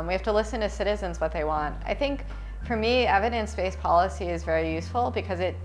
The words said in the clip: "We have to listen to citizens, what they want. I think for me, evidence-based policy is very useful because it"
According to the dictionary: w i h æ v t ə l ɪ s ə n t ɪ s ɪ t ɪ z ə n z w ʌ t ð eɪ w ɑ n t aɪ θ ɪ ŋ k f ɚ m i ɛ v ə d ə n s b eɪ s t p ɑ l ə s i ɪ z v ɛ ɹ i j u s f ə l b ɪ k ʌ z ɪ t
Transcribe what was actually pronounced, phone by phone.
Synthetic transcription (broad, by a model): w i h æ f t ə l ɪ s ə n t ɪ s ɪ t ɪ z ə n z w ʌ t ð eɪ w ɑ n t aɪ θ ɪ ŋ k f ɚ m i ɛ v ə d ə n s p eɪ s p ɑ l ə s i ɪ z v ɛ ɹ i j u s f l b ɪ k ʌ z ɪ t